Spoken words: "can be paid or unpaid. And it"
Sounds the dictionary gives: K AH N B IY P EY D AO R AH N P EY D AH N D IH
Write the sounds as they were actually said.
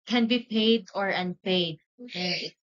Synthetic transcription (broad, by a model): K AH N B IY P EY D AO R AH N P EY AH D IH